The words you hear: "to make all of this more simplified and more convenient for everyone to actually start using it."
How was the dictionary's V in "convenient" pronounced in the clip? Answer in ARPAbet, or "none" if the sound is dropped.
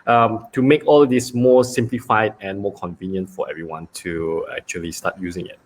V